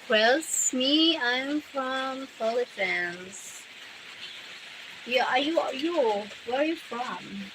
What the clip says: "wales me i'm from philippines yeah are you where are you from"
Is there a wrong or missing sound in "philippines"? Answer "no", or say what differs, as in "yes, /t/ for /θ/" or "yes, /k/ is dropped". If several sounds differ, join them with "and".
yes, /f/ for /p/